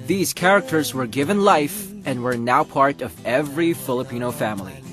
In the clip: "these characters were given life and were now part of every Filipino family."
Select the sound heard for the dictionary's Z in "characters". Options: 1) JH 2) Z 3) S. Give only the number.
2